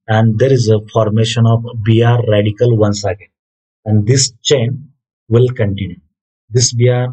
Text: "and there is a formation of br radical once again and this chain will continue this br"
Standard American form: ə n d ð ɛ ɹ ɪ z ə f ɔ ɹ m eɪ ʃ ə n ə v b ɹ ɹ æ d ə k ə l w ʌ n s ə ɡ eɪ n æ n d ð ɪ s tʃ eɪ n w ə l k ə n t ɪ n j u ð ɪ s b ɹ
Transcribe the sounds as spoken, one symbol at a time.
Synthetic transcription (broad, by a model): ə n d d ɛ ɹ ɪ z ə f ɔ ɹ m eɪ ʃ ə n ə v b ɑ ɹ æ d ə k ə l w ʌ n s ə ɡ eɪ æ n d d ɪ s tʃ eɪ n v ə l k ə n t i n j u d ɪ s b ɹ